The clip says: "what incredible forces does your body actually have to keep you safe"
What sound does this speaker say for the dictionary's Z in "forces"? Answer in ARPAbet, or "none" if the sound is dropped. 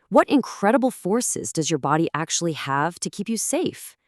Z